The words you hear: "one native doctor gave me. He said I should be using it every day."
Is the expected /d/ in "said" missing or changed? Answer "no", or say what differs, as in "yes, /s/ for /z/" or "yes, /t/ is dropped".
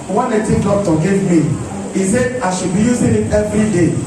yes, /d/ is dropped